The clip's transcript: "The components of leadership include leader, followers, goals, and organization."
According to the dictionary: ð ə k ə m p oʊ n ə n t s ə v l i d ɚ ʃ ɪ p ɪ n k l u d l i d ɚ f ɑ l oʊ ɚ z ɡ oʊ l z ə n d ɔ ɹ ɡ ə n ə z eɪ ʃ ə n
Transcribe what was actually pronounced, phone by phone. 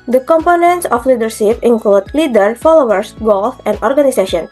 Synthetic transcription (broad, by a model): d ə k ə m p oʊ n ə n t s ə f l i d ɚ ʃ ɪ p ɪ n k l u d l i d ɚ f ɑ l oʊ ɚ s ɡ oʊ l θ ə n d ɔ ɹ ɡ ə n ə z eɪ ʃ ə n